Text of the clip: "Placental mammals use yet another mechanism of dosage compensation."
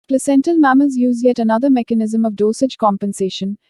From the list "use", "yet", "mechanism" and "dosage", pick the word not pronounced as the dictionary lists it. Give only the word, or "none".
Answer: none